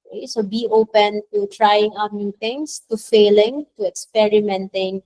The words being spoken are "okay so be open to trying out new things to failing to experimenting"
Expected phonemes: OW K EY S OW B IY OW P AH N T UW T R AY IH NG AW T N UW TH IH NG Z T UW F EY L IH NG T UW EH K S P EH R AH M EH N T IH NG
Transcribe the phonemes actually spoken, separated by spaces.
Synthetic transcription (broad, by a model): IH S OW B IY OW P AH N T UW T R AY IH NG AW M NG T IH NG S T UW F EY L IH NG T UW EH K S P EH R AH M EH N T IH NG